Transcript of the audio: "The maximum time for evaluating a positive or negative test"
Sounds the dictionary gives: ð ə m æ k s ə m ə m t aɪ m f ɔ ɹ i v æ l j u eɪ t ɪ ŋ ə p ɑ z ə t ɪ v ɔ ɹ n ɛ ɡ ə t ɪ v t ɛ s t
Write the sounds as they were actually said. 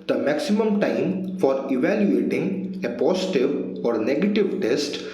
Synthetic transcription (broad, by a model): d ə m æ k s ə m ə m t aɪ m f ɔ ɹ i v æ l j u eɪ t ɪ ŋ ə p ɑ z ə t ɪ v ɔ ɹ n ɛ ɡ ə t ɪ v t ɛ s t